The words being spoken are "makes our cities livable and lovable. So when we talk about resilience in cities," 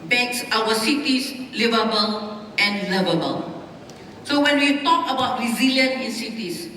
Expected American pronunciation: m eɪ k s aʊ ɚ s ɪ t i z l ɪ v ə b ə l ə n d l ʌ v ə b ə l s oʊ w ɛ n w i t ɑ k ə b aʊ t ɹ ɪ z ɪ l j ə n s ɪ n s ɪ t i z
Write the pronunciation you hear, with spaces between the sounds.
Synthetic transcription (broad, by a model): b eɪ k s aʊ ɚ s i t i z l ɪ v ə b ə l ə n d l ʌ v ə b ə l s oʊ w ɛ n w i t ɑ k ə b aʊ t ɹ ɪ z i l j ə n ɪ n s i t i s